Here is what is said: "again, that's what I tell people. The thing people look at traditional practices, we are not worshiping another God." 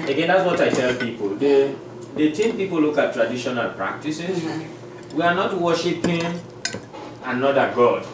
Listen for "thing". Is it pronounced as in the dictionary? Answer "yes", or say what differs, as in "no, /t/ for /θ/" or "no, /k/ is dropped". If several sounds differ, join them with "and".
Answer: no, /t/ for /θ/